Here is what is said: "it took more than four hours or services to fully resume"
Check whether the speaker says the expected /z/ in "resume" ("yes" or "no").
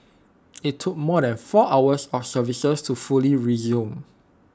yes